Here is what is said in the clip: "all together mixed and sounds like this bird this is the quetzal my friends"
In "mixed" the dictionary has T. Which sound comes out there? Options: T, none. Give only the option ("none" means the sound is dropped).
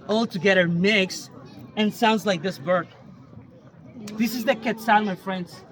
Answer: none